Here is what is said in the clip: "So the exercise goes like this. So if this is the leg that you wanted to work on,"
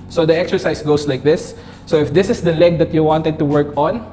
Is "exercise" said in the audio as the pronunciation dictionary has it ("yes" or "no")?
no